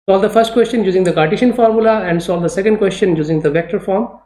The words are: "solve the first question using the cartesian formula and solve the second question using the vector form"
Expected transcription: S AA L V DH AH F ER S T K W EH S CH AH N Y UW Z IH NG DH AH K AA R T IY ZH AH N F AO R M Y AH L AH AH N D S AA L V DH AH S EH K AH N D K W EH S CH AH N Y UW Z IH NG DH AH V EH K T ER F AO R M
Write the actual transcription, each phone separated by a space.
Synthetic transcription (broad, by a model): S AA L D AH F ER S T K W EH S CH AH N Y UW Z IH NG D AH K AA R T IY SH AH N F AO R M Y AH L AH AH N D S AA L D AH S EH K AH N D K W EH S CH AH N Y UW Z IH NG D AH V EH K T ER F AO R M